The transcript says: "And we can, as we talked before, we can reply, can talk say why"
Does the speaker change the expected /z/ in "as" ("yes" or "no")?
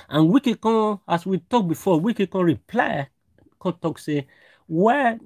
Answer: yes